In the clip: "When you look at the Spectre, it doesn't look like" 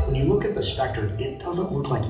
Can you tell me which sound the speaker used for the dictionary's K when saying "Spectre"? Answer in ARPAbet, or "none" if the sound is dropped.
K